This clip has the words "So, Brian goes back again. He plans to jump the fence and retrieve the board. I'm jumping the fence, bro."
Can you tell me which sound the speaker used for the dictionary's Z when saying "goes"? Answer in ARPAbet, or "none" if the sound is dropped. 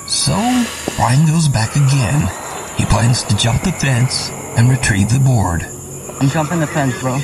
Z